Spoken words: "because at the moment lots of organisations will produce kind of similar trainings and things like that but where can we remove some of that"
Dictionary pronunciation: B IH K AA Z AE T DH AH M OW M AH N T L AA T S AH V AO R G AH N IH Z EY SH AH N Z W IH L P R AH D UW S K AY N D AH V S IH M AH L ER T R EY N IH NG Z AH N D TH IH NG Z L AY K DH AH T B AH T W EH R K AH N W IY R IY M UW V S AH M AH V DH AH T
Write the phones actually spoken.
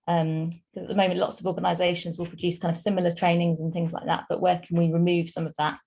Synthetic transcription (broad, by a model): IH K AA Z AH T DH AH M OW M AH N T L AA T S AH V AO G AH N IH Z EY SH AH N Z W IH L P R AH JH UW S K AY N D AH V S IH M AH L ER T R EY N IH NG Z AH N TH IH NG Z L AY K DH AH T B AH T W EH K AH N W IY R IY M UW V S AH M AH V DH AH T